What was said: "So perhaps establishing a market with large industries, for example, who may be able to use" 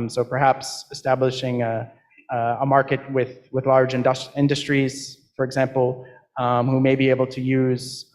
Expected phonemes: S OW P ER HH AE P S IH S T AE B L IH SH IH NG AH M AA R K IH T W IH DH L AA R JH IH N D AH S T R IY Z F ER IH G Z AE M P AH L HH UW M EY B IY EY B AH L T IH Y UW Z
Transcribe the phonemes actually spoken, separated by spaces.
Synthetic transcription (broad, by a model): S OW P ER HH AE P S IH S T AE B L IH SH IH NG AH M AA R K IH T W IH DH L AA R JH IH N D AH S T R IY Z F ER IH G Z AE M P L HH UW M EY B IY EY B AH L T IH Y UW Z